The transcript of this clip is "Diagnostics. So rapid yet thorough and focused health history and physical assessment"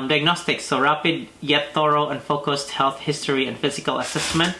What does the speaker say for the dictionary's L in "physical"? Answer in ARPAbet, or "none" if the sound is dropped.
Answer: L